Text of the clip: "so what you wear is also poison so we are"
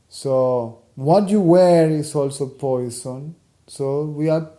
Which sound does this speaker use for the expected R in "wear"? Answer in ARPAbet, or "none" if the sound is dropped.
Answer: R